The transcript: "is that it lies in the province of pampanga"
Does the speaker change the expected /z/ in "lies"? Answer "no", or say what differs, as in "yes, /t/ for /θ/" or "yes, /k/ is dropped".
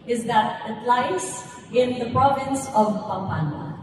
yes, /s/ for /z/